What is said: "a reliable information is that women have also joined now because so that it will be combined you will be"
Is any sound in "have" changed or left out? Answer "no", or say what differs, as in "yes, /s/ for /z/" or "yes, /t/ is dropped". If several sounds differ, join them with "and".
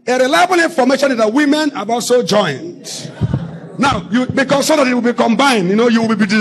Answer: yes, /b/ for /v/